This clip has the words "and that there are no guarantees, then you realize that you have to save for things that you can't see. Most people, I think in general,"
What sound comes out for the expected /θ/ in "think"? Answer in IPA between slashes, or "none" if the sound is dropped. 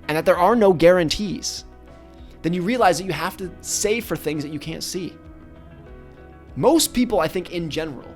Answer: /θ/